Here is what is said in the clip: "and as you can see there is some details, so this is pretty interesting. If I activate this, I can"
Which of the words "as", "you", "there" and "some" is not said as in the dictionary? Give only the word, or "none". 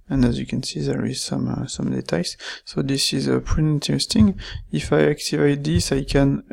none